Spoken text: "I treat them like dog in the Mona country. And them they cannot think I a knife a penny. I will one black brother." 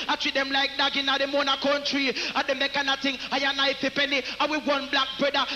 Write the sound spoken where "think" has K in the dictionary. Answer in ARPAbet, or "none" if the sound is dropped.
none